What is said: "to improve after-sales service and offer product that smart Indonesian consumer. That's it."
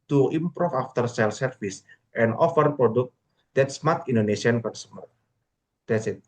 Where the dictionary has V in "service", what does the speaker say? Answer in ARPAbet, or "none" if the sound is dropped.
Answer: F